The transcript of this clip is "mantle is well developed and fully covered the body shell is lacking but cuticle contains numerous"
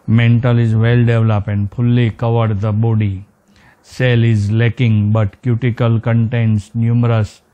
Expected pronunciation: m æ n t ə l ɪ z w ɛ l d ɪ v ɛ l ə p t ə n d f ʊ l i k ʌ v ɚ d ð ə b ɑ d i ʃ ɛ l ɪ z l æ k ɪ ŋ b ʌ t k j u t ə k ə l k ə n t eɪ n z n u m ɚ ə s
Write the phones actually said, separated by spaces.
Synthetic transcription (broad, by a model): m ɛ n t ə l ɪ z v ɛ l d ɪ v l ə p ə n d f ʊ l i k ʌ v ɚ d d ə b ɑ d i s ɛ l ɪ z l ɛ k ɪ ŋ b ʌ t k j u t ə k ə l k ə n t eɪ n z n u m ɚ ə s